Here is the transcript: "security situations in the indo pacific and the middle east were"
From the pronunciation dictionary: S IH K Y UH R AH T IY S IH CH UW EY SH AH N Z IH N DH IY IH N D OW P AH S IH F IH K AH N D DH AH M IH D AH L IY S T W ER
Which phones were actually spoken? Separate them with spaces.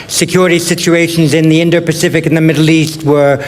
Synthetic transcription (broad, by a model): S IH K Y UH R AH T IY S IH CH UW EY SH AH N Z IH N DH IY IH N D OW P AH S IH F IH K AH N DH AH M IH D L IY S T W ER